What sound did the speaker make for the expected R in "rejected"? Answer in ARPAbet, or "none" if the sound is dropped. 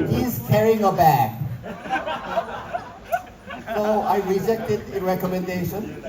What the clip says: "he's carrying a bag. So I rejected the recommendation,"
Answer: R